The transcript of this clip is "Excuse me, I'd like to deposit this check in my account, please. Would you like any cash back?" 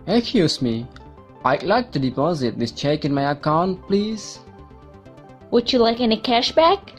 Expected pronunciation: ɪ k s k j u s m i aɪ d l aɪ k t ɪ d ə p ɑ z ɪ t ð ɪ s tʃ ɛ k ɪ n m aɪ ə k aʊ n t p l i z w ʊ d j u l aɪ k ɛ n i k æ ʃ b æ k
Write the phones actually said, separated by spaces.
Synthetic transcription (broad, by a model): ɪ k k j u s m i aɪ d l aɪ k t ɪ d ə p ɑ z ɪ t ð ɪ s tʃ ɛ k ɪ n m aɪ ə k aʊ n t p l i z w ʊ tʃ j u l aɪ k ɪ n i k æ ʃ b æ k